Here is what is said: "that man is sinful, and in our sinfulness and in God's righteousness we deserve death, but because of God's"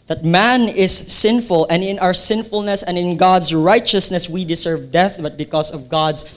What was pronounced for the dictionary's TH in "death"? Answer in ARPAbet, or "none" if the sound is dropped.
TH